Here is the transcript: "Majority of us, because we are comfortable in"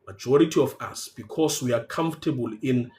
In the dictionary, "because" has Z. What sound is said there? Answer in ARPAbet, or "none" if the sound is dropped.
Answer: S